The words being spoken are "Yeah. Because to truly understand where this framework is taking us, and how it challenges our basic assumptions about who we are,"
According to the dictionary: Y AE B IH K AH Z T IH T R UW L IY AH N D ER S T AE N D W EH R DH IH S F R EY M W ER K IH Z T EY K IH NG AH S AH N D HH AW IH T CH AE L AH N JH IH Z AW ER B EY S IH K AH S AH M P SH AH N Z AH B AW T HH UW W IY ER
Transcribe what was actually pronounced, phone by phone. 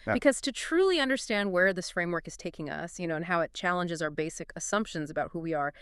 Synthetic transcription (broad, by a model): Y B IH K AH Z T IH T R UW L IY AH N D ER S T AE N D W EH R DH IH S F R EY M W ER K IH Z T EY K IH NG AH S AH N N HH AW IH T CH AE L AH N JH IH Z AW ER B EY S IH K AH S AH M P SH AH N Z AH B AW T HH UW W IY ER